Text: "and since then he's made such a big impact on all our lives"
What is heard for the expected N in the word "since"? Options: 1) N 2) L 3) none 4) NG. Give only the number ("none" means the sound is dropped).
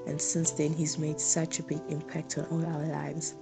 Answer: 1